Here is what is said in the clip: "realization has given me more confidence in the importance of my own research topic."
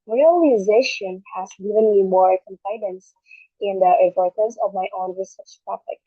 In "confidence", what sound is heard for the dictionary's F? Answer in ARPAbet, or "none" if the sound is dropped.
P